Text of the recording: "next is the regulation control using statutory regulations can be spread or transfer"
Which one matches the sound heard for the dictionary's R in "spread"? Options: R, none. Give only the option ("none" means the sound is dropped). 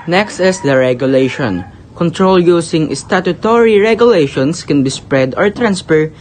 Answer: R